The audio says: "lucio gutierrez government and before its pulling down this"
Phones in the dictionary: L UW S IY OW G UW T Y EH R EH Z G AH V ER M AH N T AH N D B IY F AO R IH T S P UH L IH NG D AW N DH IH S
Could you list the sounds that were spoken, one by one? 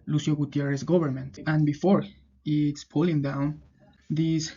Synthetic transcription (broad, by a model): L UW S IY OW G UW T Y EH R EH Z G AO B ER M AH N T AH N B IY F AO R IH T S P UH L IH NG D AW N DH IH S